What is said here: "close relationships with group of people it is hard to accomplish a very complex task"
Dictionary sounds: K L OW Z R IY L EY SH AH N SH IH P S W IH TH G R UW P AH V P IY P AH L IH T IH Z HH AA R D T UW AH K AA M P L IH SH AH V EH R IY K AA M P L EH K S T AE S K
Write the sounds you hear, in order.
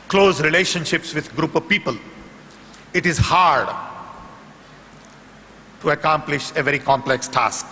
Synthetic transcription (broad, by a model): K L OW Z R IY L EY SH AH N SH IH P S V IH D G R UW P AH V P IY P AH L IH T IH Z HH AA R D T UW AH K AA M P L IH SH AH V EH R IY K AA M P L EH K S T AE S K